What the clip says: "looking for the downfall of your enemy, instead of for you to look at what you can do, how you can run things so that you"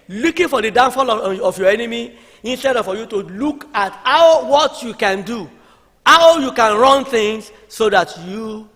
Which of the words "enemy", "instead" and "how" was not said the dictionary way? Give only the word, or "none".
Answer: none